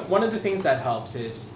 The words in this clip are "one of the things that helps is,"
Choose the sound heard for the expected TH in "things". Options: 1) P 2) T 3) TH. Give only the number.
3